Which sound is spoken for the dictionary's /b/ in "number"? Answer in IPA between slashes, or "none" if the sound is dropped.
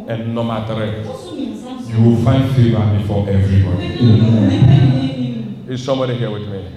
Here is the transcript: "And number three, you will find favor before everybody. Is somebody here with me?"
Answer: none